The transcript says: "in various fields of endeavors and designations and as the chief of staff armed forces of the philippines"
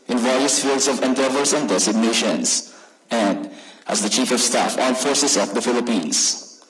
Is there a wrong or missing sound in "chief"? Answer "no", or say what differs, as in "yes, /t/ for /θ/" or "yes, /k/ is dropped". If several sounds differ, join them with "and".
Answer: no